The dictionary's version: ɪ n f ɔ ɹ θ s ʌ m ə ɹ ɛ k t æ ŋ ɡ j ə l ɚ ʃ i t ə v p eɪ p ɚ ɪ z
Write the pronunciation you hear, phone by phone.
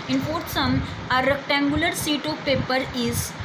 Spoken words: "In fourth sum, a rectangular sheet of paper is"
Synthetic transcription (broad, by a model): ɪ n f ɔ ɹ t s ʌ m ə ɹ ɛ k t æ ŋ ɡ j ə l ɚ s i t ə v p eɪ p ɚ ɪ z